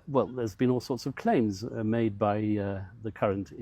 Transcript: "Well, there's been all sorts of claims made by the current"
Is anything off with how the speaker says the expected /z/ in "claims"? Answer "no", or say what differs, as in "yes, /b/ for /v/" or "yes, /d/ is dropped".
no